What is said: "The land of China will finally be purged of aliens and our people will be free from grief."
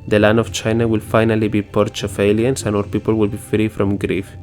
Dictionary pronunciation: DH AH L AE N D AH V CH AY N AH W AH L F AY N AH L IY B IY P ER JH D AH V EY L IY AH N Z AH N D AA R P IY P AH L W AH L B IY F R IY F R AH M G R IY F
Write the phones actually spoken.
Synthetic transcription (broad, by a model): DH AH L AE N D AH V CH AY N AH W AH L F AY N AH L IY B IY P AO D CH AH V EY L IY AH N S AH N AA R P IY P AH L W AH L B IY F R IY F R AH M G R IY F